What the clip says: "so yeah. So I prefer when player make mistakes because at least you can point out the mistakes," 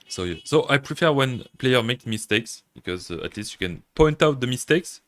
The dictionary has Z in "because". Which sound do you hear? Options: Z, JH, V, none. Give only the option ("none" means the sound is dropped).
Z